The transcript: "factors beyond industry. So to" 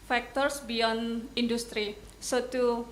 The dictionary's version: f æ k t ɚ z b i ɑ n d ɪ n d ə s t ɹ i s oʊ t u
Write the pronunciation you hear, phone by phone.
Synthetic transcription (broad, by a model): f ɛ k t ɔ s b i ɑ n ɪ n d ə s t ɹ i s oʊ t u